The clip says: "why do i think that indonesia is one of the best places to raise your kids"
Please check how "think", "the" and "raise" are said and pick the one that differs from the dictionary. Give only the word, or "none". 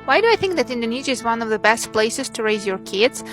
none